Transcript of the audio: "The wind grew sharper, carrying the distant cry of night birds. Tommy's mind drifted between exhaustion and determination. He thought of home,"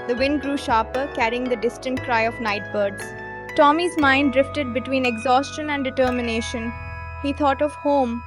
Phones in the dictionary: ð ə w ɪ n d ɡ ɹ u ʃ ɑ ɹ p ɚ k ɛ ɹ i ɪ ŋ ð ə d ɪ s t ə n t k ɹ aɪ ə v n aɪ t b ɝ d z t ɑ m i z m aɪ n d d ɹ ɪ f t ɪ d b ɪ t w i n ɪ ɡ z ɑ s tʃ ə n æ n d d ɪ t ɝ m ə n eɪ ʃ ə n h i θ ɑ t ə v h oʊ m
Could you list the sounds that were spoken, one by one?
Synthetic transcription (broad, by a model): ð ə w ɪ n d ɡ ɹ u ʃ ɑ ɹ p ɚ k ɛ ɹ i ɪ ŋ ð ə d ɪ s t ə n t k ɹ aɪ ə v n aɪ t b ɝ d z t ɑ m i z m aɪ n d d ɹ ɪ f t ɪ d b ɪ t w i n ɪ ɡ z ɑ s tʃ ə n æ n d d ɪ t ɝ m ə n eɪ ʃ ə n h i t ɑ t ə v h oʊ m